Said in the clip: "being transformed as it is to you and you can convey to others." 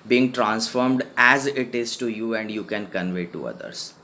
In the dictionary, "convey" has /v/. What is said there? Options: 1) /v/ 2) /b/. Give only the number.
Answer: 1